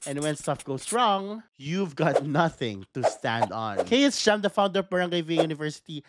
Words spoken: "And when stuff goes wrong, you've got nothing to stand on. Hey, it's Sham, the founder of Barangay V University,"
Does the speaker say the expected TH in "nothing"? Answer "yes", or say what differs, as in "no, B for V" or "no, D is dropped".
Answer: yes